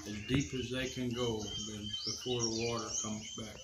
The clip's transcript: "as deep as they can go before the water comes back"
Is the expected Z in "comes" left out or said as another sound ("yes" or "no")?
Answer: no